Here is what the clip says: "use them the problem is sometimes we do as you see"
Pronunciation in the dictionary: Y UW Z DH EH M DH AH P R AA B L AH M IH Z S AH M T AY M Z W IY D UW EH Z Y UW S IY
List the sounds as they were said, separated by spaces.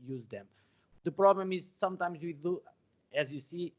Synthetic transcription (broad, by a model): Y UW Z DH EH M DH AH P R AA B L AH M IH Z S AH M T AY M Z W IY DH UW EH Z Y UW S IY